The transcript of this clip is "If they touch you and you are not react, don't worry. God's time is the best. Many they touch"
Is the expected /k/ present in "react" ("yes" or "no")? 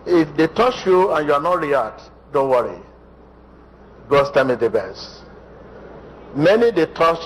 no